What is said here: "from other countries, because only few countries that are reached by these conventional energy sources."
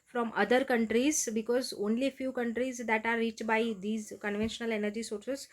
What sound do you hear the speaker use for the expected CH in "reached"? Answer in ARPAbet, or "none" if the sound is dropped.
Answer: CH